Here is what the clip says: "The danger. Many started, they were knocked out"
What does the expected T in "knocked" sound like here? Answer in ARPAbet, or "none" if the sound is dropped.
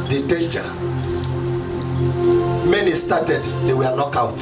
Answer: none